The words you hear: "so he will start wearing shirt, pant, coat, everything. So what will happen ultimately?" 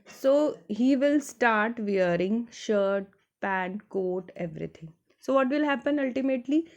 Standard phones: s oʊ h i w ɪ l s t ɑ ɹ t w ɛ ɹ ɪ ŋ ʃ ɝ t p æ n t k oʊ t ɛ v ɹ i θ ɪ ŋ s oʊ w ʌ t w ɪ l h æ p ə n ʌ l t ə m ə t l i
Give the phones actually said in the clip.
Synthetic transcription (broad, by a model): s oʊ h i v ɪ l s t ɑ ɹ t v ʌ ɹ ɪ ŋ ʃ ɝ t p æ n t k oʊ t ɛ v ɹ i t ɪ ŋ s oʊ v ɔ t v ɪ l h æ p ə n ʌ l t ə m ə t l i